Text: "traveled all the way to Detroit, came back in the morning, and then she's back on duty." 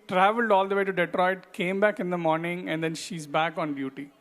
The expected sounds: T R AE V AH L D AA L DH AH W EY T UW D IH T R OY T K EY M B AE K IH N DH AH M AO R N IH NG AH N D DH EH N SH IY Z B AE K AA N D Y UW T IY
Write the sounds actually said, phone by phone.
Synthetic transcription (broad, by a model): T R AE V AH L D AA L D AH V EY T UW D IH T R OY T K EY M B AE K IH N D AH M AO R N IH NG AH N D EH N SH IY Z B AE K AA N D Y UW T IY